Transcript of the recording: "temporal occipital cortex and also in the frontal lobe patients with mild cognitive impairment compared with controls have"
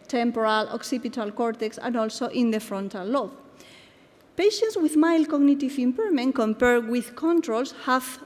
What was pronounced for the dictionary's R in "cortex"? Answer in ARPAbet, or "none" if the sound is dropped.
R